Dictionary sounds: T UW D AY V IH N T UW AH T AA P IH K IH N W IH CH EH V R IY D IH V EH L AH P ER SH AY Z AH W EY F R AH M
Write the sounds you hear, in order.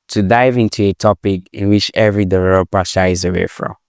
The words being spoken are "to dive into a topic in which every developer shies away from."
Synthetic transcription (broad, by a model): T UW D AY V IH N T UW AH T AA P IH K IH N W IH CH EH V R IY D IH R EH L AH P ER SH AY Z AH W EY F R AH M